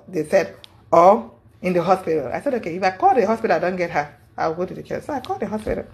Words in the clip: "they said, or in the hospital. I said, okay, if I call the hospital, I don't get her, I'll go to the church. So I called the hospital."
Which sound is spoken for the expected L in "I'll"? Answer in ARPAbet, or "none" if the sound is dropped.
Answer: W